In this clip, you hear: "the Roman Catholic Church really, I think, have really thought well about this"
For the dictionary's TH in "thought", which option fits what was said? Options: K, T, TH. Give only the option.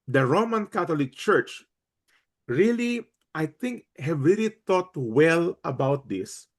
T